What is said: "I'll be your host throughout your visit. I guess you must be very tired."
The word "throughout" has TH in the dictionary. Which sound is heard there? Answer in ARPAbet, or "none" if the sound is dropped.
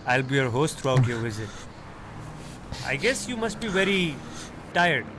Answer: T